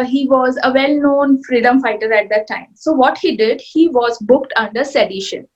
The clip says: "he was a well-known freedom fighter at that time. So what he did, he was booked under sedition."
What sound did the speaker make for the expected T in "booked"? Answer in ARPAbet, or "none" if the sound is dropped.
T